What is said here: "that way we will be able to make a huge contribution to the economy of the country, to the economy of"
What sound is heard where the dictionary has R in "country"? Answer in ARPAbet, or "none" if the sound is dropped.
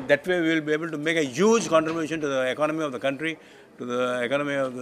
R